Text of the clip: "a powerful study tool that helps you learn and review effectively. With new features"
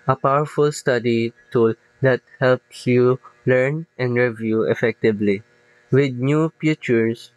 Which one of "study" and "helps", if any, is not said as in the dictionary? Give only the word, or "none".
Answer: none